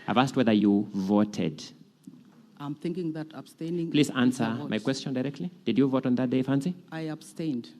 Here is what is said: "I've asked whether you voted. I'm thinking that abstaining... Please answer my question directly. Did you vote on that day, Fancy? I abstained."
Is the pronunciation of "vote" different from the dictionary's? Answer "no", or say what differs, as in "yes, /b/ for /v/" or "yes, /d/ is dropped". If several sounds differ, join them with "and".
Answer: no